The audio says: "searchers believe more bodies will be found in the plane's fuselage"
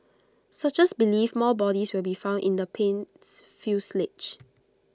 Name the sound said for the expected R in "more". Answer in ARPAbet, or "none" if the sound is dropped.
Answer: L